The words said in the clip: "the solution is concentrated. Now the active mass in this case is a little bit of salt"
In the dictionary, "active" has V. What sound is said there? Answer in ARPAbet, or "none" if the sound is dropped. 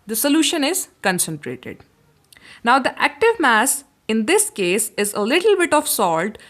V